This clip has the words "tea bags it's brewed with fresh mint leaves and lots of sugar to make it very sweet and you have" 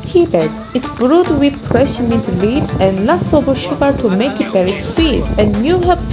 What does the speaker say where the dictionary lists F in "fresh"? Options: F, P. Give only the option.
P